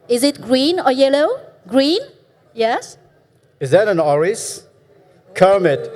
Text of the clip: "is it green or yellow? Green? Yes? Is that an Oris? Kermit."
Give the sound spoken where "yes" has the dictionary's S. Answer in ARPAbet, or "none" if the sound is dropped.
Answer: S